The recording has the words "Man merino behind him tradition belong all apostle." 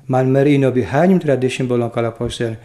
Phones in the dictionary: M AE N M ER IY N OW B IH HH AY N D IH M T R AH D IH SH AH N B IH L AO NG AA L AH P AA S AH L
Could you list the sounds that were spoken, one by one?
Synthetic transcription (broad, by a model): M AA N M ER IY N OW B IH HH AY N IH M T R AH D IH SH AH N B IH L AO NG AA L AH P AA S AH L